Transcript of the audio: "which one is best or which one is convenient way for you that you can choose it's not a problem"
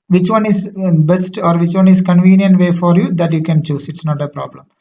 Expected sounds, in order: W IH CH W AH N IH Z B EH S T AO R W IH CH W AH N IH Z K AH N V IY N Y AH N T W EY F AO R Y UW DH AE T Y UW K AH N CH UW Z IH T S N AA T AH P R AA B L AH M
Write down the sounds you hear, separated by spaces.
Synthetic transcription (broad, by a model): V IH CH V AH N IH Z B EH S T AO R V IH CH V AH N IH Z K AH N V IY N Y AH N T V EY F AO R Y UW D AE T Y UW K AH N CH UW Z IH T S N AA T AH P R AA B L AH M